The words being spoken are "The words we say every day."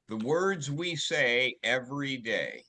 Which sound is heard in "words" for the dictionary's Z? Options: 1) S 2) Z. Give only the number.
2